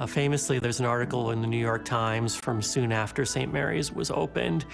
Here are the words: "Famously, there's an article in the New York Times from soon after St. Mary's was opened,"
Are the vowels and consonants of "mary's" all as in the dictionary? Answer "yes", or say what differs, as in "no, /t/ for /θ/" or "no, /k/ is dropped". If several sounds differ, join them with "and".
yes